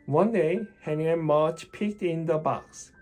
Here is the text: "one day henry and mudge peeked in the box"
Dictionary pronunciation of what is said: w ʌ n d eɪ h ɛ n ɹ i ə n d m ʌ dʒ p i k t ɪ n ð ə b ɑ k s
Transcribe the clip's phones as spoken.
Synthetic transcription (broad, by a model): w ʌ n d eɪ h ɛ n i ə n m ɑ tʃ p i k t ɪ n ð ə b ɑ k s